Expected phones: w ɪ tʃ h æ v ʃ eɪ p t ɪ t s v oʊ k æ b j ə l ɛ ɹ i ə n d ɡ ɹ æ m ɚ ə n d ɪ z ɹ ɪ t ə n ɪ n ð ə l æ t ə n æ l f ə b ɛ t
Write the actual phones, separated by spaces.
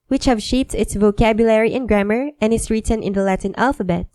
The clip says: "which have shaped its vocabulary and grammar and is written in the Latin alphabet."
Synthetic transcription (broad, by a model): w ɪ tʃ h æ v ʃ eɪ p t ɪ t s v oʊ k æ b j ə l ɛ ɹ i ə n ɡ ɹ æ m ɚ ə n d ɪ s ɹ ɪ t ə n ɪ n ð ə l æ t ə n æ l f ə b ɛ t